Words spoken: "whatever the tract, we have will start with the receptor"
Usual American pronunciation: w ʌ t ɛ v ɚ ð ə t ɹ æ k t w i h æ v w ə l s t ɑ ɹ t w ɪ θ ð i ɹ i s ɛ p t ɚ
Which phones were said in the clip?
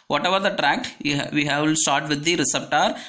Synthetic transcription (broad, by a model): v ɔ t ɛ v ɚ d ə t ɹ æ k t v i h æ v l s t ɑ ɹ t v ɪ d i ɹ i s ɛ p t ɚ